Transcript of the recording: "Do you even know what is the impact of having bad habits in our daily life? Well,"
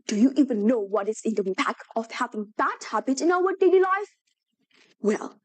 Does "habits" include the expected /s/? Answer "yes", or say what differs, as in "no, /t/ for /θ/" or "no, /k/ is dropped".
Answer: no, /s/ is dropped